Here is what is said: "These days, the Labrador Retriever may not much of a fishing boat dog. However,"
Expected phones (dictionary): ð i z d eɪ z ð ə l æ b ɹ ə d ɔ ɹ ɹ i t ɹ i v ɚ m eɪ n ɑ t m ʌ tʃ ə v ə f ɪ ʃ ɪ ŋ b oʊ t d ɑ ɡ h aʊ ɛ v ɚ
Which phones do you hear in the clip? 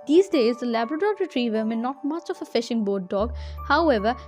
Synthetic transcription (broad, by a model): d i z d eɪ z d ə l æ b ɹ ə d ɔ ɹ ɹ i t ɹ i v ɚ m eɪ n ɑ t m ʌ tʃ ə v ə f ɪ ʃ ɪ ŋ b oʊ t d ɑ ɡ h aʊ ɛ v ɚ